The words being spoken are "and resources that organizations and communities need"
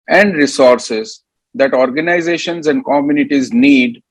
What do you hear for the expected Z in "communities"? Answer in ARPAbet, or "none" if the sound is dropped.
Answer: Z